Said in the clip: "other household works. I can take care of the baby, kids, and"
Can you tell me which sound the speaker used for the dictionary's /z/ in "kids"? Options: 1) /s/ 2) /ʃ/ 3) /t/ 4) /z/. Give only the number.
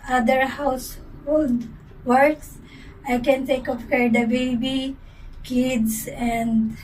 1